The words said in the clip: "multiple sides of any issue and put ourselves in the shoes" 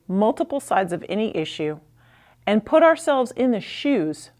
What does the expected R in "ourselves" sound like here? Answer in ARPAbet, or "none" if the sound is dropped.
R